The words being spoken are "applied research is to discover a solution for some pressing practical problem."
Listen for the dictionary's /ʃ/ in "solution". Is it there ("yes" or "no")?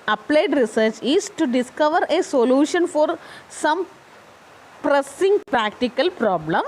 yes